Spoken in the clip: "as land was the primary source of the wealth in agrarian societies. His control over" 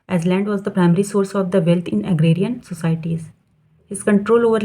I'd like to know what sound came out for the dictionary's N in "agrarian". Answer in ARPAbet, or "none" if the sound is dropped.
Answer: N